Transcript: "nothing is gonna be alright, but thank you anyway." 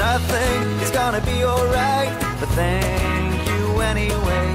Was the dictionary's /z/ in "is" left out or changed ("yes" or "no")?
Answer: no